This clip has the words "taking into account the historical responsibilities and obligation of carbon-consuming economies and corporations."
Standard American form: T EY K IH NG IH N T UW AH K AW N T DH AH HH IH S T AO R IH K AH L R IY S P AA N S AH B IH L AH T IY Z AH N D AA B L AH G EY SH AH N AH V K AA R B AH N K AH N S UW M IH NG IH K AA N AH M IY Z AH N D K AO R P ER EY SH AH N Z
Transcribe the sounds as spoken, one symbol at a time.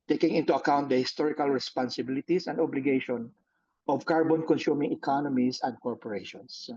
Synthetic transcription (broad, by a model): T EY K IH NG IH N T UW AH K AW N T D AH HH IH S T AO R IH K AH L R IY S P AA N S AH B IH L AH T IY S AH N D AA B L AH G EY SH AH N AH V K AA R B AH N K AH N S UW M IH NG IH K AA N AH M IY S AH N D K AO R P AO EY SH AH N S